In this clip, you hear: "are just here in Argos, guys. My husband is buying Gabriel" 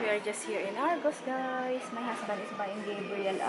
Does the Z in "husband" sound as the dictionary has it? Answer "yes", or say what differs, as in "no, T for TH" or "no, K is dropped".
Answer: no, S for Z